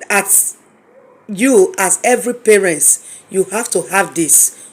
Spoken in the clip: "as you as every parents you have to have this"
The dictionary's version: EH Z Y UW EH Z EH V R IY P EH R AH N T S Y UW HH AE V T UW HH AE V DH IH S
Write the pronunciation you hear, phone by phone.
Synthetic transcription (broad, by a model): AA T Y UW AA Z EH V R IY P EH R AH N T Y UW HH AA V T UW HH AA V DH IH S